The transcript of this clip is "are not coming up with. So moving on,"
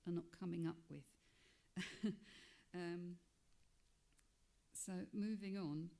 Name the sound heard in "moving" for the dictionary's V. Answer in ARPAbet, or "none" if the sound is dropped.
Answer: V